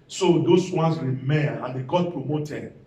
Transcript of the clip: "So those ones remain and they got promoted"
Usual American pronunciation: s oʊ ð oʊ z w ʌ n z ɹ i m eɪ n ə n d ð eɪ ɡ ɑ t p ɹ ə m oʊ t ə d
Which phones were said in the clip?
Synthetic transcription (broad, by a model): s oʊ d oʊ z w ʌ n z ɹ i m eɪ ə n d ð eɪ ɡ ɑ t p ɹ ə m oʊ t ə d